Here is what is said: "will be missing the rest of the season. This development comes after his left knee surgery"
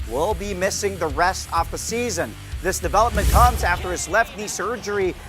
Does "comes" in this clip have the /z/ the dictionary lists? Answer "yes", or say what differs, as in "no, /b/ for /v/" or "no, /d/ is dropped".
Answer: yes